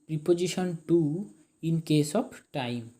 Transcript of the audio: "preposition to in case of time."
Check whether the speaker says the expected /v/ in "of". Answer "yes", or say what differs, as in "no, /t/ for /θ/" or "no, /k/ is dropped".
no, /b/ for /v/